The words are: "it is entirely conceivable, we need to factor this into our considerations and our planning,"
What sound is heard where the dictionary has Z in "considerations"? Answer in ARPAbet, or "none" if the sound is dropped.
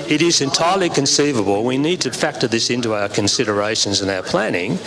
Z